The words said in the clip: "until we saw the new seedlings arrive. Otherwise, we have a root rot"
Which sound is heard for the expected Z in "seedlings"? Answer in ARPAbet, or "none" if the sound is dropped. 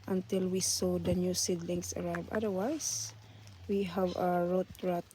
S